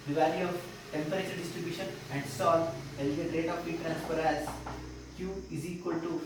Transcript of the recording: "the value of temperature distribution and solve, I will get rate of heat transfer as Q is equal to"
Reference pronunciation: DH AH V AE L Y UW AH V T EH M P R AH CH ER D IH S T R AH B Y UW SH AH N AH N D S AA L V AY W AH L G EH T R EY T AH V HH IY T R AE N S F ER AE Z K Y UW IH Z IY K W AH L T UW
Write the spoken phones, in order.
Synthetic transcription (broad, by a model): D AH V AE L Y UW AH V T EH M P R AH CH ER D IH S T R AH B Y UW SH AH N AH N D S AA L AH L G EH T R EY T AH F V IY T R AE N S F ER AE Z K Y UW IH Z IY K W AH L T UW